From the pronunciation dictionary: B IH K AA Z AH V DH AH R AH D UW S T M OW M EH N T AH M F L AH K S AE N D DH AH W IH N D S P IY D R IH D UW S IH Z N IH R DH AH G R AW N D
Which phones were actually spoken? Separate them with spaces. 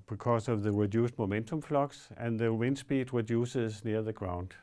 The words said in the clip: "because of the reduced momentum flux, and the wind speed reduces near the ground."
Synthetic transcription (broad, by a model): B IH K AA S AH V DH AH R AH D UW S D M OW M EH N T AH M F L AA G S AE N DH AH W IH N S B IY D R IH D UW S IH S N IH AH DH AH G R AW N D